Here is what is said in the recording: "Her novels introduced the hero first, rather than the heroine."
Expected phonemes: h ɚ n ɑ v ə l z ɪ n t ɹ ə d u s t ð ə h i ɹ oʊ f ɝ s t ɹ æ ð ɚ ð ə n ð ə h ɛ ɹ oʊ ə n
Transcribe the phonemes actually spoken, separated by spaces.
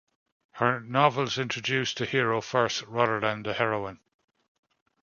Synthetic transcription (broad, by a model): h ɚ n ɑ v ə l z ɪ n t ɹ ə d u s t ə h i ɹ oʊ f ɝ s t ɹ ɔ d ɚ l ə n ð ə h ɛ ɹ oʊ ə n